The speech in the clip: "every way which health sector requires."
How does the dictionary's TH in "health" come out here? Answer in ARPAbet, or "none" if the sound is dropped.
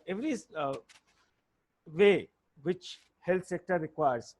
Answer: T